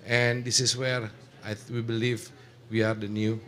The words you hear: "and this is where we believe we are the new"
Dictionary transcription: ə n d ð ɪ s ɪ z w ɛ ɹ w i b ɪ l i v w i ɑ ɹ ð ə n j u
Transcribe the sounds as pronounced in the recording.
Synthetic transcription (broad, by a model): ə n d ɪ s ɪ s w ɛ ɹ w i b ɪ l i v w i ɑ ɹ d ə n j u